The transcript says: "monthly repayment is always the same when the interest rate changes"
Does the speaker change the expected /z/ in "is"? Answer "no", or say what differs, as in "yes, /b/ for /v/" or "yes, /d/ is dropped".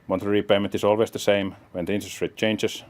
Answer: yes, /s/ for /z/